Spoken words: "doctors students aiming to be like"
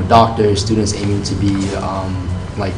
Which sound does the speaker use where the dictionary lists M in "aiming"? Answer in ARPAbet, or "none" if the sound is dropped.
none